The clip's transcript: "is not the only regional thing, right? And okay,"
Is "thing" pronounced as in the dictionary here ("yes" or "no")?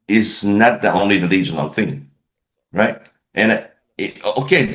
yes